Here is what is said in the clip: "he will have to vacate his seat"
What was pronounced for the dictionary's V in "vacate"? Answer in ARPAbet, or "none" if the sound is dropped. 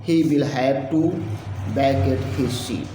B